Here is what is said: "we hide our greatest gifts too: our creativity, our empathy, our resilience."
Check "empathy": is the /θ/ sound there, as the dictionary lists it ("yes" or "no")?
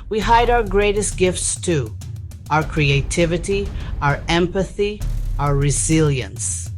yes